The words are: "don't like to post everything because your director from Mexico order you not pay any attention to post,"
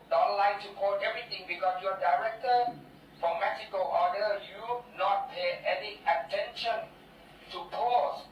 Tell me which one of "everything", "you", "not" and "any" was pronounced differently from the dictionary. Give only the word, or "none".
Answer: everything